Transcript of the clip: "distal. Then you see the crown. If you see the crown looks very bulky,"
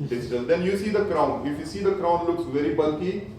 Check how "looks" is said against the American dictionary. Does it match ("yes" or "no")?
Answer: yes